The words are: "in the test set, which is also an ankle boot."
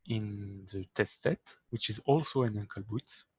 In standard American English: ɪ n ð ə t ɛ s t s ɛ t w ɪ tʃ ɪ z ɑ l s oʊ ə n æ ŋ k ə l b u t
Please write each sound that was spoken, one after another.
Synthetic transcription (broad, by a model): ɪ n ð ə t ɛ s t s ɛ t w ɪ tʃ ɪ z ɑ l s oʊ ə n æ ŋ k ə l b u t